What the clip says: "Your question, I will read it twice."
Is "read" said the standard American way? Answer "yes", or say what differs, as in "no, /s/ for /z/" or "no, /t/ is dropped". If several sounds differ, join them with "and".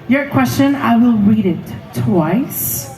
yes